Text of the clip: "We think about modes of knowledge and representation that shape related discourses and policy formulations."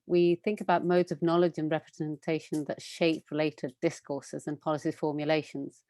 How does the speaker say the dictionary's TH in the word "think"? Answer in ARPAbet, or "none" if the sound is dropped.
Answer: TH